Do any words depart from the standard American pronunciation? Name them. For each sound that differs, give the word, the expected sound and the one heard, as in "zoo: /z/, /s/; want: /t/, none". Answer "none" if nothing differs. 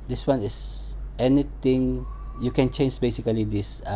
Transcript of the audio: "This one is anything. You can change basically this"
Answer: is: /z/, /s/; anything: /θ/, /t/